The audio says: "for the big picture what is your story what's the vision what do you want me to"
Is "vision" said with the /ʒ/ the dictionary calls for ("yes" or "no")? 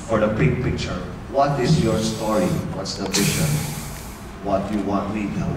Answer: no